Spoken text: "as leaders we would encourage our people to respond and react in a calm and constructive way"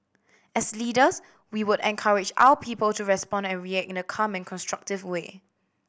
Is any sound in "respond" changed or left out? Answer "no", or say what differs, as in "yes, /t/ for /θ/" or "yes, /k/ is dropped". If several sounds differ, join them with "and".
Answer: no